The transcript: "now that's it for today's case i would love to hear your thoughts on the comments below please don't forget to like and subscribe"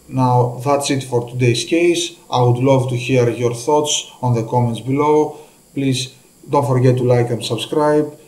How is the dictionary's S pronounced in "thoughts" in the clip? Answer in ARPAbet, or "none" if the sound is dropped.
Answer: S